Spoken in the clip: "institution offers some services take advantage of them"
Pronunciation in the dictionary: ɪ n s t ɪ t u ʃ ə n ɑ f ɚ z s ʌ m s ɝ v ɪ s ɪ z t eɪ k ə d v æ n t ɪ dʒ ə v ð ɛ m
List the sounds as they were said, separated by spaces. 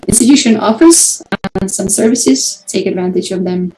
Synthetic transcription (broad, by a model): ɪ n s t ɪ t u ʃ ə n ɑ f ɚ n s ʌ m s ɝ v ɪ s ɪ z t eɪ k ə d v æ n t ɪ dʒ ə v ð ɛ m